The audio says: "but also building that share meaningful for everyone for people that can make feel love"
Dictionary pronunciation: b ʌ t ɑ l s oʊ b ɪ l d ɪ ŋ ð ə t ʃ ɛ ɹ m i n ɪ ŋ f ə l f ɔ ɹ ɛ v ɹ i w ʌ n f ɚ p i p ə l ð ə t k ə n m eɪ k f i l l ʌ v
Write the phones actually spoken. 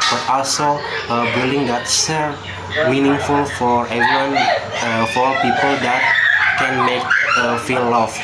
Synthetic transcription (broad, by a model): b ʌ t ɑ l s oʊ b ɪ l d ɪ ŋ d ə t s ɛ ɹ m i n ɪ ŋ f ə l f ɔ ɹ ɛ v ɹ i w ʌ n f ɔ p i p ə l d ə t k ə n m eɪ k f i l l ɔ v